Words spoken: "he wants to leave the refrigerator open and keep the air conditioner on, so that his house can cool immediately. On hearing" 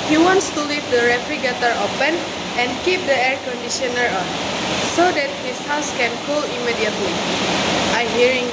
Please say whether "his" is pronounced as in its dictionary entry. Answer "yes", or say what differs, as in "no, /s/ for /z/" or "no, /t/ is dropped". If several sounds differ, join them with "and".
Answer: no, /s/ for /z/